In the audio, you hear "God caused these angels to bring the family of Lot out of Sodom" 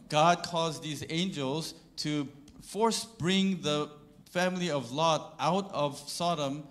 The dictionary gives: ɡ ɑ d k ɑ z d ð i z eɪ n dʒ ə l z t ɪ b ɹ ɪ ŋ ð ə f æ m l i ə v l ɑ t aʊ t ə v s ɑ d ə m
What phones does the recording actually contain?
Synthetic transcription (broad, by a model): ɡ ɑ d k ɑ z ð i z eɪ n dʒ ə l z t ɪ b ɹ ɪ ŋ ð ə f æ m l i ə v l ɑ t aʊ t ə v s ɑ d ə m